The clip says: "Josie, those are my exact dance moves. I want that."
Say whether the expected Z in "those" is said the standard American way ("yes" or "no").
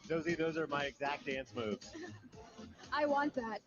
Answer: yes